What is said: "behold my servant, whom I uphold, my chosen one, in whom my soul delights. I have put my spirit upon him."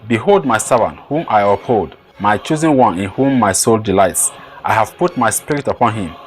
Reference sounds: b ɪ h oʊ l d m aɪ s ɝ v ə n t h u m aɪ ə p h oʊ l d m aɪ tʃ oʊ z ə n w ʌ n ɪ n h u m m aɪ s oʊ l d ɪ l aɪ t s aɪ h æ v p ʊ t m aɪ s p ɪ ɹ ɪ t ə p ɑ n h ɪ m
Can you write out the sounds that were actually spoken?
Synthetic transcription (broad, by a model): b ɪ h oʊ l d m aɪ s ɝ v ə n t h u m aɪ ə p h oʊ l d m aɪ tʃ oʊ z ə n w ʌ n ɪ n h u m m aɪ s oʊ l d ɪ l aɪ t s aɪ h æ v p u t m aɪ s p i ɹ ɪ t ə p ɑ n h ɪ m